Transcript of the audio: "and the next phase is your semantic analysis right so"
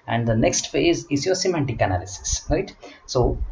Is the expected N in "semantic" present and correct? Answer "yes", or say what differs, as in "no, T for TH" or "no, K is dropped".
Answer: yes